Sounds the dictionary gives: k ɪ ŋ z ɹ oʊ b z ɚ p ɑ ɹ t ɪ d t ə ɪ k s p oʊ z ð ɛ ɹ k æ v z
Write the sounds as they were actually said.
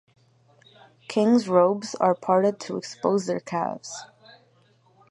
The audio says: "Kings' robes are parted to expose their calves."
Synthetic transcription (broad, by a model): k ɪ ŋ z ɹ oʊ b z ɚ p ɑ ɹ t ɪ d t ə ɪ k s p oʊ z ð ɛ ɹ k æ v z